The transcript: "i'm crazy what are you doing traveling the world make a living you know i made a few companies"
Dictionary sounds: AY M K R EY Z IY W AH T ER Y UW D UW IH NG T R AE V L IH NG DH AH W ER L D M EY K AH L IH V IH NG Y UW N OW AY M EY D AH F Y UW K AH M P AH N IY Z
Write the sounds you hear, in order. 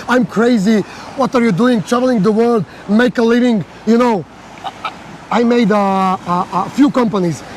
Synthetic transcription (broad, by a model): AY M K R EY Z IY W AH T ER Y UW D UW IH NG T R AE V L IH NG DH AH W ER L D M EY K AH L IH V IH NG Y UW N OW AY M EY D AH F Y UW K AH M P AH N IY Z